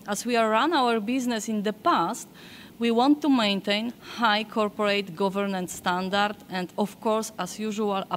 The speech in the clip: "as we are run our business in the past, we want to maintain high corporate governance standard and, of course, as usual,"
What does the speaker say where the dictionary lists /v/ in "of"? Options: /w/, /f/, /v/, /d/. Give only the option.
/f/